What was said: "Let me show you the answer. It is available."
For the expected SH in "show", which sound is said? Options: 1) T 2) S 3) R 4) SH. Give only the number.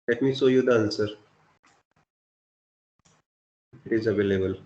2